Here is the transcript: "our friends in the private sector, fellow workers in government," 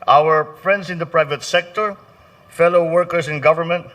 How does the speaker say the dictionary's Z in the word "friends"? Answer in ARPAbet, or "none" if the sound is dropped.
S